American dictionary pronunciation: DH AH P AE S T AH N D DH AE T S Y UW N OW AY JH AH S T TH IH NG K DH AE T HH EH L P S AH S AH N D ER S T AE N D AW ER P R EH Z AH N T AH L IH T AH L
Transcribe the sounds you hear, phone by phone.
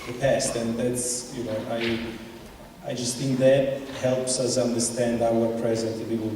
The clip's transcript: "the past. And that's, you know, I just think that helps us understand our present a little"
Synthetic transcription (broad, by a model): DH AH P AE S T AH N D DH AE T S Y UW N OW AY JH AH S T TH IH NG K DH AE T HH EH L P S AH S AH N D ER S T AE N D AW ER P R EH Z AH N T AH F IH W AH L